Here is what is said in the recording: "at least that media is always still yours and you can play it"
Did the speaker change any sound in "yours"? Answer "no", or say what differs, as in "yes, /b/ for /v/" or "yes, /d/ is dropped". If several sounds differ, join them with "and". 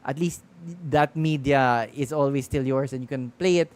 yes, /s/ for /z/